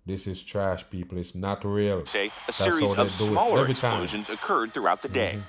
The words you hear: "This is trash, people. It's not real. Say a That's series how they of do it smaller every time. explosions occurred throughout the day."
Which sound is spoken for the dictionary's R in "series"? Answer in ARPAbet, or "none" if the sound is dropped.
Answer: none